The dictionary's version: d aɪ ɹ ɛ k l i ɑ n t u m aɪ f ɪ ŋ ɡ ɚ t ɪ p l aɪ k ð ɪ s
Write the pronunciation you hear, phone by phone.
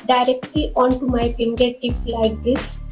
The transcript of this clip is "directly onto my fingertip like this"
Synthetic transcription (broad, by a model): d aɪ ɹ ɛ k l i ɑ n t u m aɪ p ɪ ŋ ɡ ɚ t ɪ p l aɪ k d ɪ s